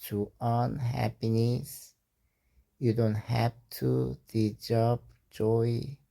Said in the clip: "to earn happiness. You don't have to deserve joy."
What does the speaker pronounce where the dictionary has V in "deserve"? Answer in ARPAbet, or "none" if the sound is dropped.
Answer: P